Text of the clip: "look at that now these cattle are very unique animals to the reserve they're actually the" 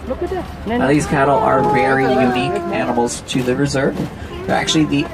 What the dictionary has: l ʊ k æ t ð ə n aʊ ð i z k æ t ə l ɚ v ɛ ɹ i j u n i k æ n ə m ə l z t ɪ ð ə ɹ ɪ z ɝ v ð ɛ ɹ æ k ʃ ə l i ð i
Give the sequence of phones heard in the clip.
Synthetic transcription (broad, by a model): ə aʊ ð i z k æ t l ɚ v ɛ ɹ i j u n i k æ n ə m l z t ɪ ð ə ɹ ɪ z ɝ v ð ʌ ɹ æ k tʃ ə l i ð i